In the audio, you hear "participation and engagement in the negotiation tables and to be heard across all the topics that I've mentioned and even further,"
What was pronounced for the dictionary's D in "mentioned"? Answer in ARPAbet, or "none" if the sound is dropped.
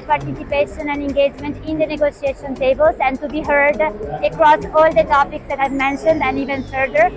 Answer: D